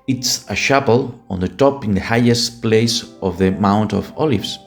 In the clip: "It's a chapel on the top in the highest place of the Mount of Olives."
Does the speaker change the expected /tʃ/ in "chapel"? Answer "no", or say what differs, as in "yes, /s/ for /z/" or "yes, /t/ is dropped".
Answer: yes, /ʃ/ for /tʃ/